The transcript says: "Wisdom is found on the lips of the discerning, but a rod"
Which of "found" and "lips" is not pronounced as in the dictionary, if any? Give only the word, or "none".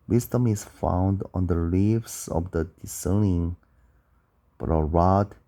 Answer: lips